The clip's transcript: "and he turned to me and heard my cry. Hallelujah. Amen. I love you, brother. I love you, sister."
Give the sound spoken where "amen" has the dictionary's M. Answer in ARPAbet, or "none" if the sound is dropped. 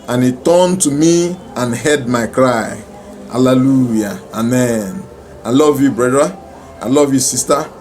M